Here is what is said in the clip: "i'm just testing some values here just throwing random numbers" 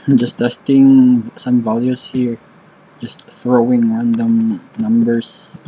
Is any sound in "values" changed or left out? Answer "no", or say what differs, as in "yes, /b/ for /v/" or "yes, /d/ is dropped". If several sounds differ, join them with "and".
yes, /s/ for /z/